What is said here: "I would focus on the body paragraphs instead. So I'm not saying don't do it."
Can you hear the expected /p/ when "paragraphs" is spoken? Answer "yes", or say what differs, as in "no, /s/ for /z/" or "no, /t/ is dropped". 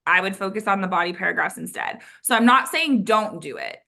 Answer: yes